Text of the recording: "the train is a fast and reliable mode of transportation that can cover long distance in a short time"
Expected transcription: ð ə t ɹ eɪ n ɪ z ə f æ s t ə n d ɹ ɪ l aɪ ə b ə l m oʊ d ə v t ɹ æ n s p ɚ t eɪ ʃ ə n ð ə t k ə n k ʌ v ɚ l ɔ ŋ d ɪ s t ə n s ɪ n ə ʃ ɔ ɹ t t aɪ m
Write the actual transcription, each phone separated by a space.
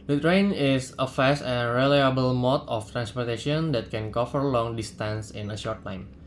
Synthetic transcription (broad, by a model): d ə t ɹ eɪ n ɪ s ə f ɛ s ə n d ɹ ɪ l aɪ ə b ə l m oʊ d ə f t ɹ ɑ n s p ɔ t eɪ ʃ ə n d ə t k ə n k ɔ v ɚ l ɔ ŋ d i s t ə n s ɪ n ə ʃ ɔ ɹ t t aɪ m